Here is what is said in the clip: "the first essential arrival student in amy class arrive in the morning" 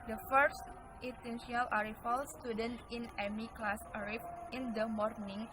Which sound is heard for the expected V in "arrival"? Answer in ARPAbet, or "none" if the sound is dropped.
F